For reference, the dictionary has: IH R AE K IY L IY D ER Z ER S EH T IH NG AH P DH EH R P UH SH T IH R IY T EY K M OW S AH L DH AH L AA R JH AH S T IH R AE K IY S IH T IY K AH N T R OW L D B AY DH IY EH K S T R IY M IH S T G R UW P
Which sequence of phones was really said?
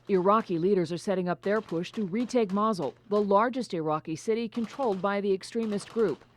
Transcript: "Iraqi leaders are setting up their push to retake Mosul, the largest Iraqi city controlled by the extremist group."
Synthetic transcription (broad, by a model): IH R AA K IY L IY D ER Z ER S EH T IH NG AH P DH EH R P UH SH T IH R IY T EY K M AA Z L DH AH L AA R JH AH S T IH R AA K IY S IH T IY K AH N T R OW L D B AY DH IY EH K S T R IY M IH S T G R UW P